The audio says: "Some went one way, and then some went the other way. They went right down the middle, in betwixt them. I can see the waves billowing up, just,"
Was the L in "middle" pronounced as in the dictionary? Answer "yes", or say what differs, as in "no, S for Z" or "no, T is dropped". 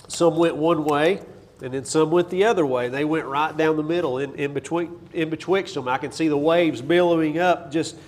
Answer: no, N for L